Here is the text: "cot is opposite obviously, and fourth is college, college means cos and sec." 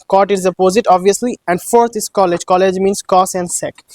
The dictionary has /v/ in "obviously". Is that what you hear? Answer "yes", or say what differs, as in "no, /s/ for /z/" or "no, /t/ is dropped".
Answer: yes